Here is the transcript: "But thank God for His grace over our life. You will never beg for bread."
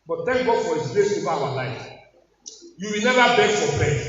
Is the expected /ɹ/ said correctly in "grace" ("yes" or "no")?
no